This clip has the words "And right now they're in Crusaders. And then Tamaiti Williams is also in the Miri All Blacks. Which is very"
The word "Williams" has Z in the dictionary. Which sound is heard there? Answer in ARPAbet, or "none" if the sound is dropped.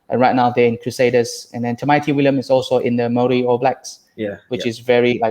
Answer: none